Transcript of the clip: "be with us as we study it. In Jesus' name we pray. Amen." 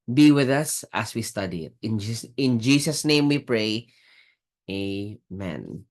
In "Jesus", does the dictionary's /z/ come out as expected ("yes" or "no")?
no